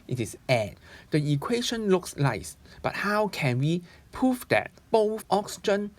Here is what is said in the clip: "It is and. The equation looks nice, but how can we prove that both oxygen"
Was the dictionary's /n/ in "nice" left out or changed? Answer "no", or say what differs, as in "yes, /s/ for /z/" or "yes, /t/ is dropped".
yes, /l/ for /n/